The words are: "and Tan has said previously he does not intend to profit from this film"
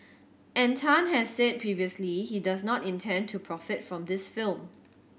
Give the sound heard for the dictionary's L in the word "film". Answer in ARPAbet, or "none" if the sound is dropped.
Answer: L